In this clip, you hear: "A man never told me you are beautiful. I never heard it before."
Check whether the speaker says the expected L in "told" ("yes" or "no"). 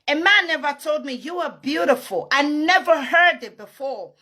yes